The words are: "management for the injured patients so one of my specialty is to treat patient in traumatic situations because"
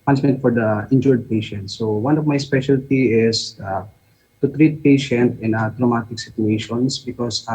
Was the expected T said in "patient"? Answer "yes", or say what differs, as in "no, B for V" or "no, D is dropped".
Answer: yes